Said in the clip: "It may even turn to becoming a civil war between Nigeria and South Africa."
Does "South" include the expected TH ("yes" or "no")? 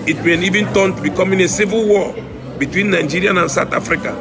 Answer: no